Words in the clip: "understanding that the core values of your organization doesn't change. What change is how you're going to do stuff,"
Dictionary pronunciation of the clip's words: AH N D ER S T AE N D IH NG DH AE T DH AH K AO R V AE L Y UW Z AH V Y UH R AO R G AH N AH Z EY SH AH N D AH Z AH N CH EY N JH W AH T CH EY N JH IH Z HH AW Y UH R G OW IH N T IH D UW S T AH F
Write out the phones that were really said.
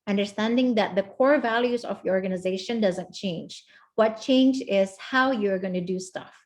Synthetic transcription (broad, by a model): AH N D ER S T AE N D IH NG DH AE T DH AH K AO R V AE L Y UW Z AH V Y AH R AO R G AH N AH Z EY SH AH N D AH Z AH N CH EY N JH W AH T CH EY N JH IH Z HH AW Y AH R G OW IH N T IH D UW S T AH F